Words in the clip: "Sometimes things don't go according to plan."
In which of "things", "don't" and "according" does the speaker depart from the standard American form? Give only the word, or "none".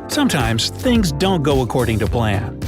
none